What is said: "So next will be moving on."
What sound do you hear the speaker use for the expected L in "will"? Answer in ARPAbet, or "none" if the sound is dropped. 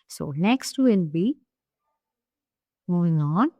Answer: N